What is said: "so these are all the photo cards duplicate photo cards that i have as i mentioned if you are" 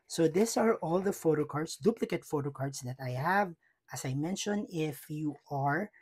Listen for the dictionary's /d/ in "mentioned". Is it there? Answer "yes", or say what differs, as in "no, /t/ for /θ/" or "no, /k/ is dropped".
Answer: no, /d/ is dropped